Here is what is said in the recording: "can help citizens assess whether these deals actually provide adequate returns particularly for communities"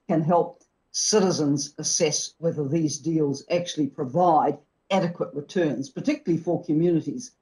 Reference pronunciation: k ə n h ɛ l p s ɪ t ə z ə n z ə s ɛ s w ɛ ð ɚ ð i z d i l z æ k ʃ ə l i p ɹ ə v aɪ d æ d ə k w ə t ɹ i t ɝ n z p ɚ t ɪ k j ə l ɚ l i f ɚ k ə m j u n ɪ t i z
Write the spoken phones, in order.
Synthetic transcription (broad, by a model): k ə n h ɛ l p s ɪ t ə z ə n z ə s ɛ s w ɛ ð ɚ ð i z d i l z æ k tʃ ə l i p ɹ ə v aɪ d æ d ə k w ə t ɹ i t ɝ n z p ɚ t ɪ k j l l i f ɚ k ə m j u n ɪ t i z